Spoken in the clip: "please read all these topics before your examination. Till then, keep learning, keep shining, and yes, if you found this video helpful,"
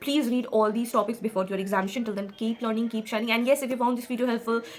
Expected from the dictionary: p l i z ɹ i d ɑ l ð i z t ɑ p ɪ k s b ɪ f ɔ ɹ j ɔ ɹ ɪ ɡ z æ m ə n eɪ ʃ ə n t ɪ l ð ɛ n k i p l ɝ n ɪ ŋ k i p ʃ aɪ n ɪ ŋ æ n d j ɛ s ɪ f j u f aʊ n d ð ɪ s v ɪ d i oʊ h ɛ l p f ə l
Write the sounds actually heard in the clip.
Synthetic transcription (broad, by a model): p l i z ɹ i d ɑ l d i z t ɑ p ɪ k s b ɪ f ɔ ɹ j ɔ ɹ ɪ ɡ z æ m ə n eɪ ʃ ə n t ɪ l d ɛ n k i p l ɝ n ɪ ŋ k i p ʃ aɪ n ɪ ŋ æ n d j ɛ s ɪ f j u f aʊ n d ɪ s f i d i h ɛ l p f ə l